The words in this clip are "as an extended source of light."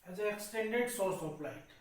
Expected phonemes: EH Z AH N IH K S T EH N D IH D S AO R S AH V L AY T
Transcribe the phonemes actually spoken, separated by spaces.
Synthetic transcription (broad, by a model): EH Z AH N IH K S T EH N D IH D S AO R S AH P L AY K